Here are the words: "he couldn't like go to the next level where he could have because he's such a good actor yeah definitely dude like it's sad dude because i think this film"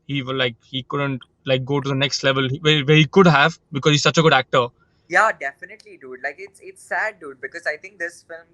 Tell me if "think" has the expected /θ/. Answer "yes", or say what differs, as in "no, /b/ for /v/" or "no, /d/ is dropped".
no, /t/ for /θ/